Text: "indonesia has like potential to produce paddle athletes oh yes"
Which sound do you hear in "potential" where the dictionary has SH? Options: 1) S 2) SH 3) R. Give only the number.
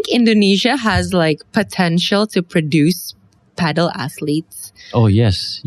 2